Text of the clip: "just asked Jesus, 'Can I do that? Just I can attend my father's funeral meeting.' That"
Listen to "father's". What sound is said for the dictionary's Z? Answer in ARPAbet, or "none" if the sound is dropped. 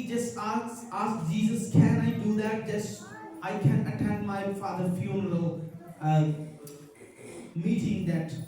none